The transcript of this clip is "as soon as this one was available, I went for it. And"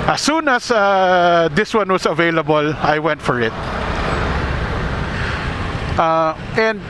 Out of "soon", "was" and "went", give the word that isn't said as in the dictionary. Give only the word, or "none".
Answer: was